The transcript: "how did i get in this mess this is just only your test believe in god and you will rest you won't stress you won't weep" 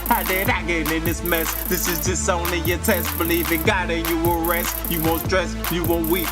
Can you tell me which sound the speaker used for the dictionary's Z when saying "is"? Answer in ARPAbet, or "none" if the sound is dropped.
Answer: Z